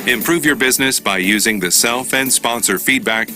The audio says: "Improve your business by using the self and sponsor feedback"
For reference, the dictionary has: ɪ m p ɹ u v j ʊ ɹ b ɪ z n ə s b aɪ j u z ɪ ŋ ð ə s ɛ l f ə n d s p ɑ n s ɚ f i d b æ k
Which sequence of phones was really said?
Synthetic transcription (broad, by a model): ɪ m p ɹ u v j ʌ ɹ b ɪ z n ə s b aɪ j u z ɪ ŋ ð ə s ɛ l f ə n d s p ɑ n s ɚ f i d b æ k